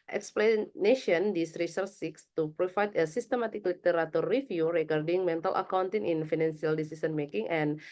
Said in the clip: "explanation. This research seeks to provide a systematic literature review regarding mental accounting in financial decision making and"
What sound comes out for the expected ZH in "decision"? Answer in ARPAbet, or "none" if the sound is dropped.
S